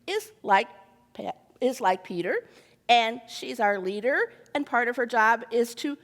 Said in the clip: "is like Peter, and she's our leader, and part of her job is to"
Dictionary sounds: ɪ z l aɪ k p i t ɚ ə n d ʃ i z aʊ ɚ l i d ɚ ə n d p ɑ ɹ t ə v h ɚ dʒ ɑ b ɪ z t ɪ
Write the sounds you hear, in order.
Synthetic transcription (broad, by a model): ɪ z l aɪ k p i t ɚ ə n ʃ i z aʊ ɚ l i d ɚ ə n p ɑ ɹ t ə v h ɚ dʒ ɑ b ɪ z t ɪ